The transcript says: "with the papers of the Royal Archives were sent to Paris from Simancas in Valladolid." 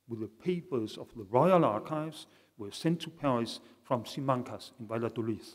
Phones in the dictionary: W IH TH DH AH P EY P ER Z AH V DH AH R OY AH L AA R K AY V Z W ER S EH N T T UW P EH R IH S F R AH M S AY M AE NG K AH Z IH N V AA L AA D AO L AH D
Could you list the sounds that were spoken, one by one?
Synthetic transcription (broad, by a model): W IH DH AH P EY P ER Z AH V DH AH R OY AH L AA R K AY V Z W ER S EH N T T UW P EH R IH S F R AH M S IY M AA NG K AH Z IH N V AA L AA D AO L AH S